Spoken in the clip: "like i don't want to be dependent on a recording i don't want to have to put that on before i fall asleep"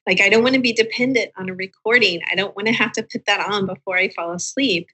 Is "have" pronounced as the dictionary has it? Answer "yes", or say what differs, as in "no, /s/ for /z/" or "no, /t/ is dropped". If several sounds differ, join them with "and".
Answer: no, /f/ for /v/